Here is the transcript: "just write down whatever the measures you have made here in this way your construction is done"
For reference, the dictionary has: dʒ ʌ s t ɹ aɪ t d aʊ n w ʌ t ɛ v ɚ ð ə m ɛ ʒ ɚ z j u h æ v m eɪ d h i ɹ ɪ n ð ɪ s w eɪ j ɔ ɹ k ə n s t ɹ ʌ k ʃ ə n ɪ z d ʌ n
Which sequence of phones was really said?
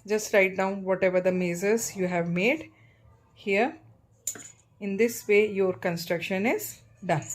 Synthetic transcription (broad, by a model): dʒ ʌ s t ɹ aɪ t d aʊ n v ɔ t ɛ v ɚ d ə m ɛ z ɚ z j u h æ v m eɪ d h i ɹ ɪ n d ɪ s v eɪ j ɔ ɹ k ə n s t ɹ ʌ k ʃ ə n ɪ z d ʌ n